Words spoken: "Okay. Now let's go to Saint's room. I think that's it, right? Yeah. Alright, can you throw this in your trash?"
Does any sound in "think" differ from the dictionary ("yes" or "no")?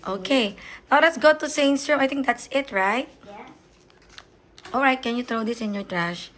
yes